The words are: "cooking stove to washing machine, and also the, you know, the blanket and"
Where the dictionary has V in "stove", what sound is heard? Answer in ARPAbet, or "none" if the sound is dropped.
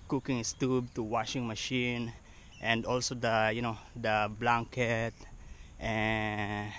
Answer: B